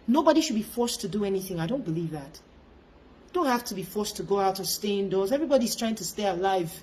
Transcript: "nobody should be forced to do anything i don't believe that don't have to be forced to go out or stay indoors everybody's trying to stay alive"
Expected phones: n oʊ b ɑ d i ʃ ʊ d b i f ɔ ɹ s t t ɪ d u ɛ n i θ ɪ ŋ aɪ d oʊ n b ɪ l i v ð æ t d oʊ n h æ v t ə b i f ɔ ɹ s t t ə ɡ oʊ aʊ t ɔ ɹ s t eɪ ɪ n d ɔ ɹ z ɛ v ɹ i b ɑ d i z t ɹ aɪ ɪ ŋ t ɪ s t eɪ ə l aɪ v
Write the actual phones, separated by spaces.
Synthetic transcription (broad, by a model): n oʊ b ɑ d i ʃ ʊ d b i f ɔ ɹ s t t ɪ d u ɛ n i θ ɪ ŋ aɪ d oʊ n b ɪ l i v ð æ t d oʊ n h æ f t ə b i f ɔ ɹ s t t ə ɡ oʊ aʊ t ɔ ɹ s t eɪ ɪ n d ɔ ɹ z ɛ v ɹ i b ɑ d i z t ɹ aɪ ɪ ŋ t ɪ s t eɪ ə l aɪ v